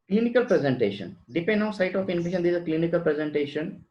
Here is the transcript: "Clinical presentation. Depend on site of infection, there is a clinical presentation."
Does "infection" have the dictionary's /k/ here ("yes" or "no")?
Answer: no